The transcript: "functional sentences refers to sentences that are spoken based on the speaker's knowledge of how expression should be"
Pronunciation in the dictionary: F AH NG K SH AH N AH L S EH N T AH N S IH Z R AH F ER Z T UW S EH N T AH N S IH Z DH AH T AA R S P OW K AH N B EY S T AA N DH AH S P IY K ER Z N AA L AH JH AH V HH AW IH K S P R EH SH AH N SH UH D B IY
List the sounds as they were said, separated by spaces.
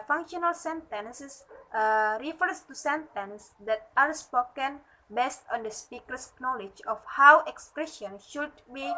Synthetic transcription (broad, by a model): F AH NG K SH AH N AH L S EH N T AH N S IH S R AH F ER S T UW S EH N T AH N S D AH T AA R S P OW K AH N B EY S T AA N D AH S P IY K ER S N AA L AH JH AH F HH AW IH K S P R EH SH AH N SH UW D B IY